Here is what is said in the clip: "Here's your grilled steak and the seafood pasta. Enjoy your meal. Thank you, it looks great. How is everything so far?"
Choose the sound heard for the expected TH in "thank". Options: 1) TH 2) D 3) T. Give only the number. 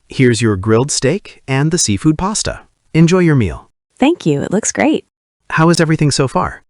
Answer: 1